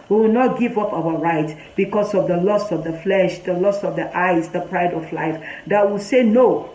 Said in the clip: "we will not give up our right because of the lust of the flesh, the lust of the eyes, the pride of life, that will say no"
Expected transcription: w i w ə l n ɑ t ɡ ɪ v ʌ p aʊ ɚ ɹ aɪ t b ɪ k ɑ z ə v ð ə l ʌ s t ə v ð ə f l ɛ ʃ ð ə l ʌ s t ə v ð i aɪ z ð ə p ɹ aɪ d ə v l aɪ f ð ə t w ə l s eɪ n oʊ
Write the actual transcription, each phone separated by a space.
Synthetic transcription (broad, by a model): w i w ə l n ɑ t ɡ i v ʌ p aʊ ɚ ɹ aɪ t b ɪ k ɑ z ə v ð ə l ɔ s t ə v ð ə f l ɛ ʃ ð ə l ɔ s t ə v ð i aɪ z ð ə p ɹ aɪ d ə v l aɪ f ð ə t w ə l s eɪ n oʊ